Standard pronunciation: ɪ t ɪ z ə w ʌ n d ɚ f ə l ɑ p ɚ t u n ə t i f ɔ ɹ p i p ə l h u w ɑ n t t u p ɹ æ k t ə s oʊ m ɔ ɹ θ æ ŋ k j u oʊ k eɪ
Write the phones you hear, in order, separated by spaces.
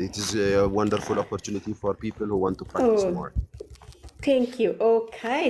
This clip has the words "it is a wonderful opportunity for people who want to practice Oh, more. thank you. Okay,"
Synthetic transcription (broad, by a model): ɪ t ɪ z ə w ʌ n d ɚ f ə l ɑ p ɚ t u n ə t i f ɔ ɹ p i p ə l h u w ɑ n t t u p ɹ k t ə oʊ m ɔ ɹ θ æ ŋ k j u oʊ k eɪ